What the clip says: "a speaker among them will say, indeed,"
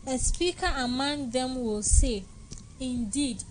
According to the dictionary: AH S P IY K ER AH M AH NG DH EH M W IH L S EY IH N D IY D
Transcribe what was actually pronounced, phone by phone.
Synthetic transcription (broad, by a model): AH S P IY K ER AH M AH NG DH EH M W IH L S EY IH N D IY D